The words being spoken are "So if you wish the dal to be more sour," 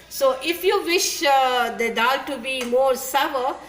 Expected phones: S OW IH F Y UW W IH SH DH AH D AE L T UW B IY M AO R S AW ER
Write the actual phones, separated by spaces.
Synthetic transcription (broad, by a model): S OW IH F Y UW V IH SH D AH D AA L T UW B IY M AO R S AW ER